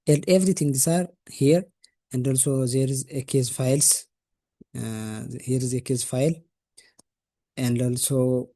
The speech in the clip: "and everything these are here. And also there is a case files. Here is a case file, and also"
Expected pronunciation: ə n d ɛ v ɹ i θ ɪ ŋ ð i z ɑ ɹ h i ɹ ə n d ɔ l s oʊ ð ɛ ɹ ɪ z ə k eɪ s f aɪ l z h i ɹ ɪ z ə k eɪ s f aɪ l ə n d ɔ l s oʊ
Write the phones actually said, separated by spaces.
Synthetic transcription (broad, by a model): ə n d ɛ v ɹ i t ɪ ŋ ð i s ɑ ɹ h i ɹ ə n d ɔ l s oʊ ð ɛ ɹ ɪ z ə k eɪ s f aɪ l s h i ɹ ɪ z ə k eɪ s f aɪ l ə n d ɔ l s oʊ